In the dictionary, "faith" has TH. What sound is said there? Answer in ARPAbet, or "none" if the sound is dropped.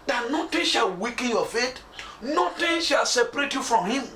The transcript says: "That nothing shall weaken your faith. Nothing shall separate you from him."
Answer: T